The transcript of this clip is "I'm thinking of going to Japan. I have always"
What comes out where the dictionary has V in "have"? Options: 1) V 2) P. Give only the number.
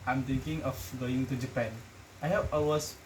2